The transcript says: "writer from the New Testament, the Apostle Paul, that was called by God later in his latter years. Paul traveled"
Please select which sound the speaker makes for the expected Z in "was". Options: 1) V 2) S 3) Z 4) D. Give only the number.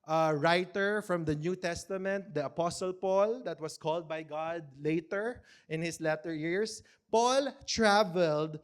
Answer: 2